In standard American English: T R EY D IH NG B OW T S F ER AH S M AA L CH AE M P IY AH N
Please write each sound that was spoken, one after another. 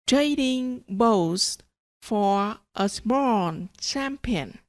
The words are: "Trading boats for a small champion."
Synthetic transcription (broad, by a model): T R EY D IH NG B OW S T F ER AH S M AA N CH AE M P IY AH N